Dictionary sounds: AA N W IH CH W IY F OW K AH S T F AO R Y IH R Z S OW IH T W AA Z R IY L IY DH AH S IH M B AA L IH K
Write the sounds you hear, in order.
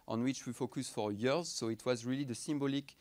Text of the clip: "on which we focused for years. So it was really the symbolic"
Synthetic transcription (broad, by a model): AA N W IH CH W IY F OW K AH S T F AO R Y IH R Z S OW IH T W AA Z R IY L IY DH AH S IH M B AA L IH K